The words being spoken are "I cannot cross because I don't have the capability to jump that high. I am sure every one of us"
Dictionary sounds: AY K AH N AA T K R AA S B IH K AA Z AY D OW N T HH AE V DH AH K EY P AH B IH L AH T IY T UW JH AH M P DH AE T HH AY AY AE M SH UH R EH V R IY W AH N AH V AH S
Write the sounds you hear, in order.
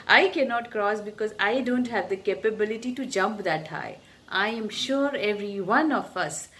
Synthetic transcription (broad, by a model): AY K AH N AA T K R AA S B IH K AA Z AY D OW N T HH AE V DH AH K EY P AH B IH L AH T IY T UW JH AH M P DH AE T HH AY AY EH M SH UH R EH V R IY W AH N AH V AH S